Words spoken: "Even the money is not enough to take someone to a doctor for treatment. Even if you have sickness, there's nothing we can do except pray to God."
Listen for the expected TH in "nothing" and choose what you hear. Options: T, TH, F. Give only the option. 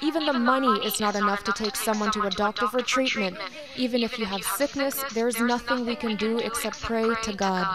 TH